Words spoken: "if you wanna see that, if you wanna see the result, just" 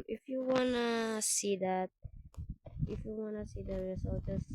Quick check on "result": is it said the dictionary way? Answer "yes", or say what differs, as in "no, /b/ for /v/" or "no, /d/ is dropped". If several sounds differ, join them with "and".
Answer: no, /s/ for /z/